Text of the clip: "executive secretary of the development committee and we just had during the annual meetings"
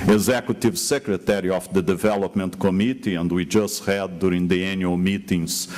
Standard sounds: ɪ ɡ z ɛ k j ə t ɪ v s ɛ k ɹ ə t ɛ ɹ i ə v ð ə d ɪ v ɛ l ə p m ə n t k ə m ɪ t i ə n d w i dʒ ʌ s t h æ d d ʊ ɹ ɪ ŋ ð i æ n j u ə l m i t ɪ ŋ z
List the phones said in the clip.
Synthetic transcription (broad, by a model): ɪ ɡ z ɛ k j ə t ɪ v s ɛ k ɹ ə t ɛ ɹ i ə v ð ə d ɪ v ɛ l ə p m ə n t k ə m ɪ t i ə n d w i dʒ ʌ s t h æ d d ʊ ɹ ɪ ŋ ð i æ n j u ə l m i t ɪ ŋ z